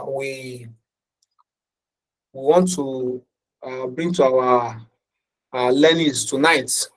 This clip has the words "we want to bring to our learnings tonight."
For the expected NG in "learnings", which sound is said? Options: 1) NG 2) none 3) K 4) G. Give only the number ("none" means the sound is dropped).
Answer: 2